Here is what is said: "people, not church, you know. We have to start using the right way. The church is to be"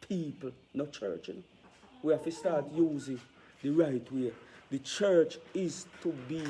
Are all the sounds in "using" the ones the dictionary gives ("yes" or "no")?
yes